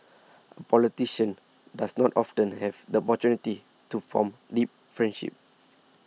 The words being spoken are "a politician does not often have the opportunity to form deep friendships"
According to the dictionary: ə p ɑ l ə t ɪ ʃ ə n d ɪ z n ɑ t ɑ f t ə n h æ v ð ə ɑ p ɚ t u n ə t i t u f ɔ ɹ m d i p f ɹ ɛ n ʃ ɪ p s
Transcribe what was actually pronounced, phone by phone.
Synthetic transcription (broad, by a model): ə p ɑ l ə t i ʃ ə n d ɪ s n ɑ t ɑ f t ə n h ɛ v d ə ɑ p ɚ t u n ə t i t u f ɔ m d i p f ɹ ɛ n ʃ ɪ p